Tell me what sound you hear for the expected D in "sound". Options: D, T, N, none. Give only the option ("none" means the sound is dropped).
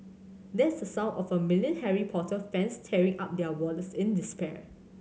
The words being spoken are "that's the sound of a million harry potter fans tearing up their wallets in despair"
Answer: none